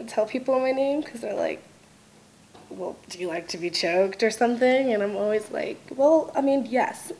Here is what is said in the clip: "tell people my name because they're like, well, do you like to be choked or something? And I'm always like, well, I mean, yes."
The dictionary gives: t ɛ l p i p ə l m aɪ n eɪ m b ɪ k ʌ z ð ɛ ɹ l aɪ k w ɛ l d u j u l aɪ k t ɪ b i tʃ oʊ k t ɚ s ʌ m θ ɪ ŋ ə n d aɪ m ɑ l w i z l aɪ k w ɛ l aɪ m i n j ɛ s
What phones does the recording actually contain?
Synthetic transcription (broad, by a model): t ɛ l p i p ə n m aɪ n eɪ m k ʌ z ð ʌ ɹ l aɪ k w ɛ l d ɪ j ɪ l aɪ k t ɪ b i tʃ oʊ k t ɚ s ʌ m θ ɪ ŋ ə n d aɪ m ɑ l w i z l aɪ k w ɛ l aɪ m i n j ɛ s